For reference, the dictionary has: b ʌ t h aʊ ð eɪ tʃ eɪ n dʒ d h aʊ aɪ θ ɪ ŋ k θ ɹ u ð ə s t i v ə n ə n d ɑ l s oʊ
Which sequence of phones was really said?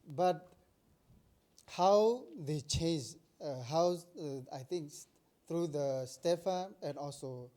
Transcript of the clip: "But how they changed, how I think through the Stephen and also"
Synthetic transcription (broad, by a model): b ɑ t h aʊ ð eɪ tʃ eɪ n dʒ h aʊ aɪ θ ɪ ŋ k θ ɹ u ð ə s t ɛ f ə n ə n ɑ l s oʊ